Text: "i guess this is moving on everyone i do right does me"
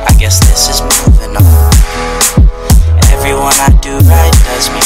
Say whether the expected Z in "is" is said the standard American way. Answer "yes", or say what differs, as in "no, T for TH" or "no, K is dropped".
yes